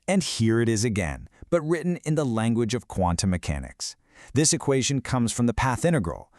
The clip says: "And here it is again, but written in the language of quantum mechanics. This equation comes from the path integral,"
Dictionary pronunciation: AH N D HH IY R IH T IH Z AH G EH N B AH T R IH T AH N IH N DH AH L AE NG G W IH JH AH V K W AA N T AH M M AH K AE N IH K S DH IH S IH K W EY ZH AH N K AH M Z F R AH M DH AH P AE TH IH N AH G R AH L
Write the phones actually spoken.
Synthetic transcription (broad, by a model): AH N HH IY R IH T IH Z AH G EH N B AH T R IH T N IH N DH AH L AE NG G W IH JH AH V K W AA N T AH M M AH K AE N IH K S DH IH S IH K W EY ZH AH N K AH M Z F R AH M DH AH P AE TH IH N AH G R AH L